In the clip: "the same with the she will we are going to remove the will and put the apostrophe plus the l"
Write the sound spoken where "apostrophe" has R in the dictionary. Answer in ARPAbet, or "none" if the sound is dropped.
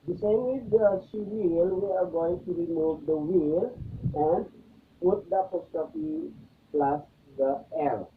none